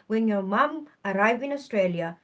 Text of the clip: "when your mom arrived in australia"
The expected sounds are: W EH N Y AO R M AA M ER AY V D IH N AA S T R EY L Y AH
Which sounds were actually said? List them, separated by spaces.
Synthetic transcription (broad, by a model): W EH N Y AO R M AA M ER AY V IH N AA S T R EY L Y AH